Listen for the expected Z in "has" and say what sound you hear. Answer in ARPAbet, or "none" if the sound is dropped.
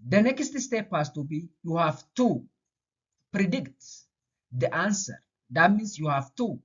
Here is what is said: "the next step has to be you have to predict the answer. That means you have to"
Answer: S